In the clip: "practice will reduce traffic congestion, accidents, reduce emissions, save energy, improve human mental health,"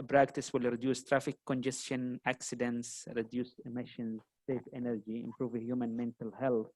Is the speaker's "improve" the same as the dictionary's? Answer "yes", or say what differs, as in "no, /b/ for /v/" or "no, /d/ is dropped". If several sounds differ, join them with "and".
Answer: yes